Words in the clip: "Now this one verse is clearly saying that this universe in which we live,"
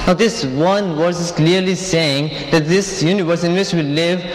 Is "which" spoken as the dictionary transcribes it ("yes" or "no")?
no